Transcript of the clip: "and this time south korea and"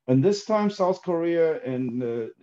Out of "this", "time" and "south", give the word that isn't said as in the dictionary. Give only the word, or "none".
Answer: none